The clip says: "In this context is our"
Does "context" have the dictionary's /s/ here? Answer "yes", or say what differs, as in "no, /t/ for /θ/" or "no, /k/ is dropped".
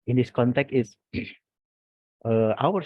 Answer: no, /s/ is dropped